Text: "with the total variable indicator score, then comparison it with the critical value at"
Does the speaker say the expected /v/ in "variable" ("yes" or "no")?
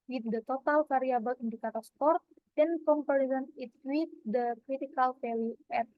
no